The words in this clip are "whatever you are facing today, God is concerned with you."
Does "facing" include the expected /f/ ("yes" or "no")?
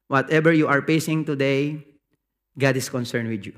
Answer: no